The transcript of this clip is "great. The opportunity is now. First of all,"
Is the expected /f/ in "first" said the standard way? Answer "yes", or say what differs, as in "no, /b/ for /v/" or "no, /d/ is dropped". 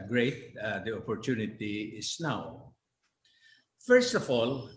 yes